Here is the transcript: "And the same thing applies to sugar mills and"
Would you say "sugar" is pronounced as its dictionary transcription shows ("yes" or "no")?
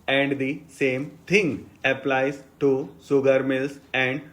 no